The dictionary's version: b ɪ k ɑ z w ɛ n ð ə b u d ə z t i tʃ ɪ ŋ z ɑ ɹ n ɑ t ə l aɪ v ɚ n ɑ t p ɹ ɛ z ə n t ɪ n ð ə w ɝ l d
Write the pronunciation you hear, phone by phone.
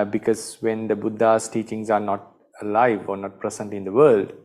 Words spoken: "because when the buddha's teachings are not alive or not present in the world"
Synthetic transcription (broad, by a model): b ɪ k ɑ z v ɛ n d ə b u d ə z t i tʃ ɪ ŋ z ɑ ɹ n ɑ t ə l aɪ v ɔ n ɑ t p ɹ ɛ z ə n t ɪ n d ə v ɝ l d